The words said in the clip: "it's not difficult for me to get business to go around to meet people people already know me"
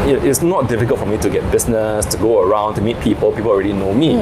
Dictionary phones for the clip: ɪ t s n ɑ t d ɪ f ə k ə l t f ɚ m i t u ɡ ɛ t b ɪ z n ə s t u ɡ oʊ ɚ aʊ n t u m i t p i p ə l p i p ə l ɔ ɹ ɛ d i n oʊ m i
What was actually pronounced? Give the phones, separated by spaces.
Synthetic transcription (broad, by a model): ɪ t s n ɑ t d ɪ f ə k ə l t f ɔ m i t u ɡ ɛ t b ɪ s n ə s t u ɡ oʊ ɚ aʊ n t u m i t p i p ə l p i p ə l ɔ ɹ ɛ d i n oʊ m i